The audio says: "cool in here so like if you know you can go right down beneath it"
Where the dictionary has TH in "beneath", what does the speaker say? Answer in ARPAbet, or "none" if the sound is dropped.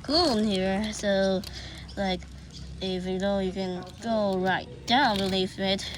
F